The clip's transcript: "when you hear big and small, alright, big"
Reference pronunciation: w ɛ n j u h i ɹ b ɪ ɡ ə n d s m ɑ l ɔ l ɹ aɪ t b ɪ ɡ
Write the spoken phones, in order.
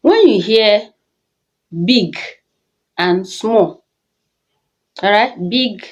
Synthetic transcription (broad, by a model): w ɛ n j u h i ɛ b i ɡ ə n s m ɑ l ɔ ɹ aɪ t b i ɡ